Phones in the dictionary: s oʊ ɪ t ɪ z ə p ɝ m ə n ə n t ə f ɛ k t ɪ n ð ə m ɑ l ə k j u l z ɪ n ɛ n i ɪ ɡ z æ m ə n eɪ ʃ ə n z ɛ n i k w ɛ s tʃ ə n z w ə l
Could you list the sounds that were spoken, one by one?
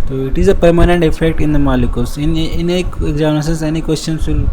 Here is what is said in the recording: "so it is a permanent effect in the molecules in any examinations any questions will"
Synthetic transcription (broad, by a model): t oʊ ɪ t ɪ z ə p ɝ m ə n ə n t ə f ɛ k t ɪ n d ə m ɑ l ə k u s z ɪ n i n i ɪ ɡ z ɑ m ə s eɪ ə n s ɛ n i k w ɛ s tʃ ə n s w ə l